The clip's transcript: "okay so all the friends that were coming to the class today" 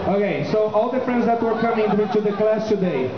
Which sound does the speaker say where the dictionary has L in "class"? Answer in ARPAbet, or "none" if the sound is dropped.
L